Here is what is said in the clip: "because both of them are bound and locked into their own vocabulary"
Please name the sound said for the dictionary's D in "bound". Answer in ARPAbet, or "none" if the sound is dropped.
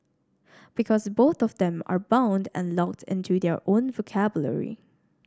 D